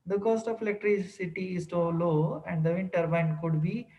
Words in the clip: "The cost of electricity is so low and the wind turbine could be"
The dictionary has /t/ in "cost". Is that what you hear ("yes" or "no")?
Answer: yes